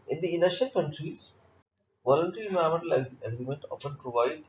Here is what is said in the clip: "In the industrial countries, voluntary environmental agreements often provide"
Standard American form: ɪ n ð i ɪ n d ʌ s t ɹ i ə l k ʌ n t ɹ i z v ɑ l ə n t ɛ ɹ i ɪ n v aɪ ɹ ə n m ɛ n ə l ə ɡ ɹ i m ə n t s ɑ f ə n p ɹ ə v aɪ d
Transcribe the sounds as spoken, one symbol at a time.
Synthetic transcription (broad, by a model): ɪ n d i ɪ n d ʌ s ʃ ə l k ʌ n t ɹ i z v ɑ l ə n t ɛ ɹ i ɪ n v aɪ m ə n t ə l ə ɡ ɹ i m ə n t ɑ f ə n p ɹ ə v aɪ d